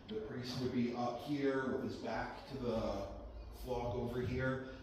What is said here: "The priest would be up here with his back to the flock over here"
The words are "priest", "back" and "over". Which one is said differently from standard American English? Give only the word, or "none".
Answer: priest